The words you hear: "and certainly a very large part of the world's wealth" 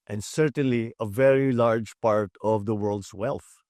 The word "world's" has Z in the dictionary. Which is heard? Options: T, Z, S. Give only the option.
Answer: S